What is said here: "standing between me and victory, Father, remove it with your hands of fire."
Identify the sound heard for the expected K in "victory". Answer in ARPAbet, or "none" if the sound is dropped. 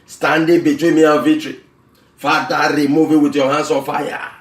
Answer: none